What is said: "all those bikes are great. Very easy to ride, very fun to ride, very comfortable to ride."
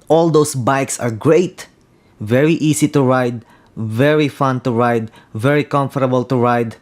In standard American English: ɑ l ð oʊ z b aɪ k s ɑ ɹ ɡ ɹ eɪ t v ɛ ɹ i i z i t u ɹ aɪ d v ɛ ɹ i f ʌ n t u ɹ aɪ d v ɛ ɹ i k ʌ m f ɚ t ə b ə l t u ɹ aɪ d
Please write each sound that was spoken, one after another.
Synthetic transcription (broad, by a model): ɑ l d oʊ s b aɪ k s ɑ ɹ ɡ ɹ eɪ t v ɛ ɹ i i s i t u ɹ aɪ d v ɛ ɹ i f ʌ n t u ɹ aɪ d v ɛ ɹ i k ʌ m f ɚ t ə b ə l t u ɹ aɪ d